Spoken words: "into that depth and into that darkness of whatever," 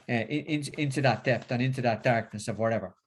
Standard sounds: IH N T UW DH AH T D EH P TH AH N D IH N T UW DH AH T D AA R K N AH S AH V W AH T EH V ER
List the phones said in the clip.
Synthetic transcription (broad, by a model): IH N T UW DH AH T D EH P T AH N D IH N T UW DH AH T D AA R K N AH S AH V W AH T EH V ER